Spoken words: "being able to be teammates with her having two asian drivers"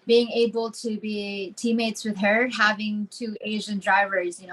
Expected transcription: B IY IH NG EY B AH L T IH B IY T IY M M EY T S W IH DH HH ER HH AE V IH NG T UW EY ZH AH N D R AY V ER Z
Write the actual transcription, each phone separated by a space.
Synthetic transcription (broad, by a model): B IY IH NG EY B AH L T IH B IY T IY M M EY T S W IH DH HH ER HH AE V IH NG T UW EY ZH AH N D R AY V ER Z